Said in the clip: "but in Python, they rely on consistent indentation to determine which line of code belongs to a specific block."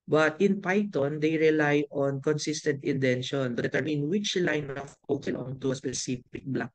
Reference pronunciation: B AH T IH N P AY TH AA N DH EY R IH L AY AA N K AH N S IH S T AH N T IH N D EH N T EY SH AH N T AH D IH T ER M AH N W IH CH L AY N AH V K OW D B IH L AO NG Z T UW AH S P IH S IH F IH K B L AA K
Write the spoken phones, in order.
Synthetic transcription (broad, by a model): B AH T IH N P AY T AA N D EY R IH L AY AA N K AH N S IH S T AH N T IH N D EH N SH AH N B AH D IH T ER M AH N W IH CH L AY N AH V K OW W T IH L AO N T UW AH S P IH S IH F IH K B L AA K